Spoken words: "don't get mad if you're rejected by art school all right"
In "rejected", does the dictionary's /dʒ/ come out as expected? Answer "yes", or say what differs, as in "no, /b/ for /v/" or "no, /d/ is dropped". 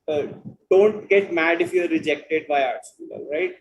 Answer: yes